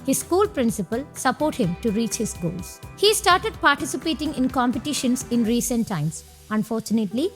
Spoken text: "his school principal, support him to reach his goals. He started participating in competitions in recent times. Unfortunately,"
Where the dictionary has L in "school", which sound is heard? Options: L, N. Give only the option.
L